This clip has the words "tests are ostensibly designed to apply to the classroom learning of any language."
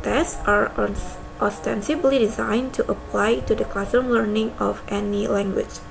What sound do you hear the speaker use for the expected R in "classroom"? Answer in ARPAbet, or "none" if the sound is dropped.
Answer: none